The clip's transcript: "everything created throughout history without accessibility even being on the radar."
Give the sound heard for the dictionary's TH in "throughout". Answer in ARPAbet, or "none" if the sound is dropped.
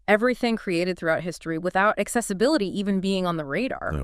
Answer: TH